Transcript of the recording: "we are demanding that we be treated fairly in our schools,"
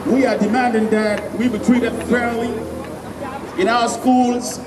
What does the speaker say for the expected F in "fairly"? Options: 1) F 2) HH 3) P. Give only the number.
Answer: 3